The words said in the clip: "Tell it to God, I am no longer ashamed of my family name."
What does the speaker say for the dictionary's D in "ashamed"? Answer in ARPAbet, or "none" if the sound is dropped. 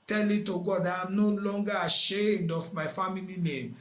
D